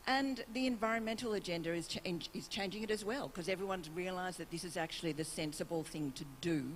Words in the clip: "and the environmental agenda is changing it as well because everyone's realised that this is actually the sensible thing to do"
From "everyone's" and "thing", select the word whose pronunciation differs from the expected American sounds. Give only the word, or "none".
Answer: none